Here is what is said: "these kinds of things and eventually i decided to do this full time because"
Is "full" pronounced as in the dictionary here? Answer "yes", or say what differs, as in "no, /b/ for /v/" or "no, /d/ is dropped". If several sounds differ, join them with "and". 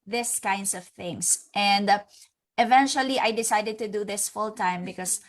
yes